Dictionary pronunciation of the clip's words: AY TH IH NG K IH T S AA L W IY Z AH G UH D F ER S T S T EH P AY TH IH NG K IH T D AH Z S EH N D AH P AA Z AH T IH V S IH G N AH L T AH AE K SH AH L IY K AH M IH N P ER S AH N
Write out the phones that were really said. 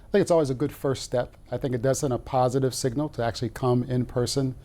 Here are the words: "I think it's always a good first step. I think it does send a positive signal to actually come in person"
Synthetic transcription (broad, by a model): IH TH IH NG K IH T S AA L W IY Z AH G UH D F ER S T S T EH P AY TH IH NG K IH T D AH Z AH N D AH P AA Z AH T IH V S IH G N L T AH AE K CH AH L IY K AH M IH N P ER S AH N